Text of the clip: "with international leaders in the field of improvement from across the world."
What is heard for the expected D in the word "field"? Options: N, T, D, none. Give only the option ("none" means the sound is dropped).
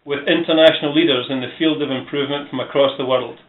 D